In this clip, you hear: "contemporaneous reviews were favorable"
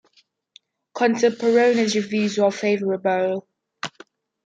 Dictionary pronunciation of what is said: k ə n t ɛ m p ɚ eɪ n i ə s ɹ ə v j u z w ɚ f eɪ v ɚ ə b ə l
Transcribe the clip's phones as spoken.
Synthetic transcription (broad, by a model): k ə n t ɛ p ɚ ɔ n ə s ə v j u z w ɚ f eɪ v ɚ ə b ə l